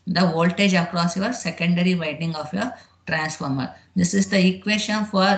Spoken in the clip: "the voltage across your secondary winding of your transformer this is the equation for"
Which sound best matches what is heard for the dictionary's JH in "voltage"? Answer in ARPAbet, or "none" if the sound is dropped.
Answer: JH